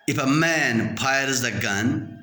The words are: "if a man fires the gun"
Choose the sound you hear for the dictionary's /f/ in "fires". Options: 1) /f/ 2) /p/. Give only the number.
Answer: 2